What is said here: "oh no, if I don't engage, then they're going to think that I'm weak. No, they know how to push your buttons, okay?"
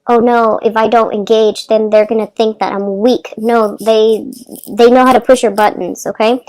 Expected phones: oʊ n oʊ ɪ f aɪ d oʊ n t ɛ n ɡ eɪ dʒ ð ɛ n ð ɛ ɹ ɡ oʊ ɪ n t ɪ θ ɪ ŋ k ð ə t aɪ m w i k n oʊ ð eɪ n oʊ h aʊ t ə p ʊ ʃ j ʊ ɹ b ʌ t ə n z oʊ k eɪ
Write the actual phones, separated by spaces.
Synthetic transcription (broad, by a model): oʊ n oʊ ɪ f aɪ d oʊ n t ɛ n ɡ eɪ dʒ ð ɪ n ð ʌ ɹ ɡ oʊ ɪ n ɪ θ ɪ ŋ k ð ə t aɪ m w i k n oʊ ð eɪ n oʊ h aʊ t ə p ʊ ʃ j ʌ ɹ b ʌ t n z oʊ k eɪ